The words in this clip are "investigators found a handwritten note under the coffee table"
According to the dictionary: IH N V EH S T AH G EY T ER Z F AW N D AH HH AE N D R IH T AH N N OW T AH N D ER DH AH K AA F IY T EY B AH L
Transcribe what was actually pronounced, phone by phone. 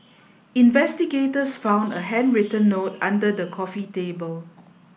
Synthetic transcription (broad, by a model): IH N V EH S T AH G EY T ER S F AW N D AH HH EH N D R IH T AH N N OW T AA N D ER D AH K AA F IY T EY B AH L